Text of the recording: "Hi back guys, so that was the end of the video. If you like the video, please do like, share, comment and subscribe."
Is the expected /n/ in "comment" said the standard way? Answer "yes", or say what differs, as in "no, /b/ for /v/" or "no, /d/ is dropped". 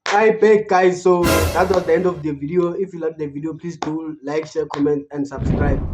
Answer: yes